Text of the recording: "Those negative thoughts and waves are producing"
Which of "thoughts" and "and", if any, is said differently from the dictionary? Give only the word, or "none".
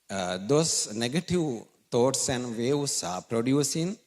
thoughts